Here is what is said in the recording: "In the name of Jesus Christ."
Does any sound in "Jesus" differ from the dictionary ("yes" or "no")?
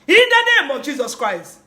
no